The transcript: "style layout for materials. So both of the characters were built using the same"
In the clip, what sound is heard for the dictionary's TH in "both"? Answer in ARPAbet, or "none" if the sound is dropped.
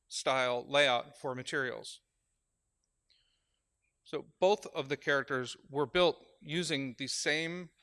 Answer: TH